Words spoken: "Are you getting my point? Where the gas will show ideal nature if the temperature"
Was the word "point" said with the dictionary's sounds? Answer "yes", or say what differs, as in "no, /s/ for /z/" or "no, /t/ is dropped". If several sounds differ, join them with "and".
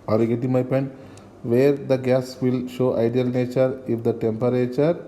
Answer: yes